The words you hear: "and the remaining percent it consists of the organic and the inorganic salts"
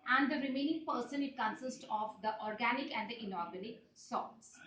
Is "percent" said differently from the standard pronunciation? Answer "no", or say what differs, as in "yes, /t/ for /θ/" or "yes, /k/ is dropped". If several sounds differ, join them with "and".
yes, /t/ is dropped